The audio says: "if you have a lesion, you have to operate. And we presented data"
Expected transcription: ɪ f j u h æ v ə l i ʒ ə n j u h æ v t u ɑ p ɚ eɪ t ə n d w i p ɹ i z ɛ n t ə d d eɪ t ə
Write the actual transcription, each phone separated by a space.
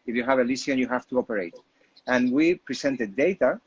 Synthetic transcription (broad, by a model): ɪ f j u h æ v ə l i s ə n j u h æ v t u ɑ p ɚ eɪ t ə n w i p ɹ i s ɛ n t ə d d eɪ t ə